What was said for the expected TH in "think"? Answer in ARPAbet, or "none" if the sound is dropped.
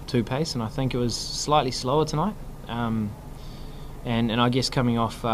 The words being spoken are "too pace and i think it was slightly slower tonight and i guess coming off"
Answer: TH